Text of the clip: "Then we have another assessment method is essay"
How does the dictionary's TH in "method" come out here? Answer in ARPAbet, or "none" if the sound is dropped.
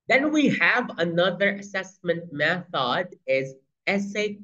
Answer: TH